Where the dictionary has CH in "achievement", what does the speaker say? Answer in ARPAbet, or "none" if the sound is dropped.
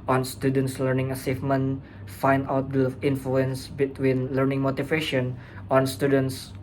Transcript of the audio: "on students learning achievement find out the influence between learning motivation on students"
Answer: S